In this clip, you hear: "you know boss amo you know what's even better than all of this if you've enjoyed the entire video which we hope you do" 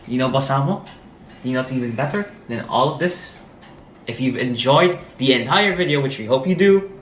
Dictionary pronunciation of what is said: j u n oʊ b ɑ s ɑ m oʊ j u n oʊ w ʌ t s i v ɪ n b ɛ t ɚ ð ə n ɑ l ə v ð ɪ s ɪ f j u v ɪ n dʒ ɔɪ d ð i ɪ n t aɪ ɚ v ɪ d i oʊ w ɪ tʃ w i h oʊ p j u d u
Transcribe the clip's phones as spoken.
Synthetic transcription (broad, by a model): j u n oʊ b ɑ s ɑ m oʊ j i n oʊ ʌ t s i v ɪ n b ɛ t ɚ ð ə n ɑ l ə v ð ɪ s ɪ f j u v ɪ n dʒ ɔɪ d ð i ɪ n t aɪ ɚ v ɪ d i oʊ w ɪ tʃ w i h oʊ p j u d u